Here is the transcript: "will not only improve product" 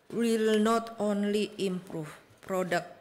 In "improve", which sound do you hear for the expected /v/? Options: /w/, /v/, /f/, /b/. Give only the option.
/f/